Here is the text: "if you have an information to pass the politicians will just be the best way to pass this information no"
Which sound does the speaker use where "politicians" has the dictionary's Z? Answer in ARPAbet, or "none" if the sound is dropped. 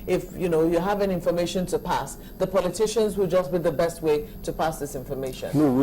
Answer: Z